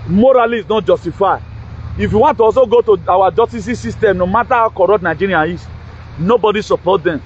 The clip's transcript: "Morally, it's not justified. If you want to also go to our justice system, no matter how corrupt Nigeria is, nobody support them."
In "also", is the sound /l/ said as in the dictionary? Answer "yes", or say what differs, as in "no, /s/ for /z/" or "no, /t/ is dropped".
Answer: no, /l/ is dropped